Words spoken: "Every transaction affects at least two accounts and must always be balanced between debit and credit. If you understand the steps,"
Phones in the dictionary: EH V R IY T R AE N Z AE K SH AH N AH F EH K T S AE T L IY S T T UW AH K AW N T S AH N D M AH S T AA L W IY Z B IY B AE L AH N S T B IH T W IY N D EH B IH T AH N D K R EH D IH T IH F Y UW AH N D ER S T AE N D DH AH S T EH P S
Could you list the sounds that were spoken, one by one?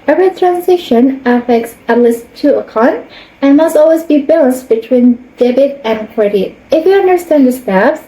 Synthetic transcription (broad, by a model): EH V R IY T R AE N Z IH SH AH N AH F EH K T S AE T L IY S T T UW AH K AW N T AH N M AH S T AA L W IY Z B IY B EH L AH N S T B IH T W IY N D EH B IH T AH N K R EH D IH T IH F Y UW AH N D ER S T AE N D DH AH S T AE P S